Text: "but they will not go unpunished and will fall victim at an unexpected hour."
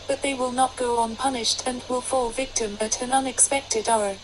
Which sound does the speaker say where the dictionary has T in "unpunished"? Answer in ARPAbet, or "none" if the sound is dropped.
T